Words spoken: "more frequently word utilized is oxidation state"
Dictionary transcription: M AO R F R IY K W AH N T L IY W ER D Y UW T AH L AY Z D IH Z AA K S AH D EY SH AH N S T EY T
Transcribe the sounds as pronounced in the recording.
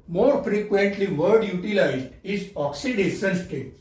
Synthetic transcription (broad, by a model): M AO R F R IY K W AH N T L IY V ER D Y UW T AH L AY Z D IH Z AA K S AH D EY S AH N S T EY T